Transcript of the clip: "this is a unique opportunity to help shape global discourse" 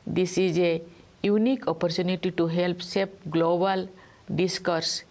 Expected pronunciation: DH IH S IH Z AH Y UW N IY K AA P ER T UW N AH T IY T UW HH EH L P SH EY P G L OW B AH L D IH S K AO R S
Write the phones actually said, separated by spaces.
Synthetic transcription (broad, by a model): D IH S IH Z AH Y UW N IY K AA P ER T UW N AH T IY T UW HH EH L P S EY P G L OW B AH L D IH S K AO R S